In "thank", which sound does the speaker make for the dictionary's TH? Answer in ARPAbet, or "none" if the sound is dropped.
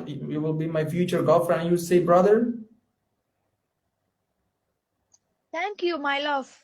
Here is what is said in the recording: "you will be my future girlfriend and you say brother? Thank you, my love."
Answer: T